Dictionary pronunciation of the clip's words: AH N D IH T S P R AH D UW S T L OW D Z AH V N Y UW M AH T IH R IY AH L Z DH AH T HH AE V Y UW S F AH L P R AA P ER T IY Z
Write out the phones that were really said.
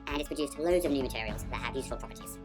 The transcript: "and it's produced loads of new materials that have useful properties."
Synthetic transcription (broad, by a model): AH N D IH T S P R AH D UW S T L OW D Z AH V N Y UW M AH T IH R IY AH L Z DH AH T HH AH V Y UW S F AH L P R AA P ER T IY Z